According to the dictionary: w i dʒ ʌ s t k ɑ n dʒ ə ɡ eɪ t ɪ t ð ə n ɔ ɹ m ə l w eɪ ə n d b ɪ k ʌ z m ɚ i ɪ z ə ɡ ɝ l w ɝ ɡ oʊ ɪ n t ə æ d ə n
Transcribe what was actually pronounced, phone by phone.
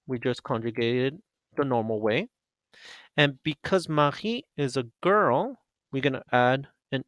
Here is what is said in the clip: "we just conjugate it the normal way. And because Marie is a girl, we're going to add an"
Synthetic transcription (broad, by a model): w i dʒ ʌ s k ɑ n dʒ ə ɡ eɪ t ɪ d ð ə n ɔ ɹ m l w eɪ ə n b ɪ k ʌ z m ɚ i ɪ z ə ɡ ɝ l w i ɡ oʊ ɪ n t æ d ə n